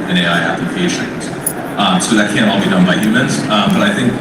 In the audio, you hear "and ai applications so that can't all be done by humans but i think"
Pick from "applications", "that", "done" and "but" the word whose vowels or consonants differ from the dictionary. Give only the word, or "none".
applications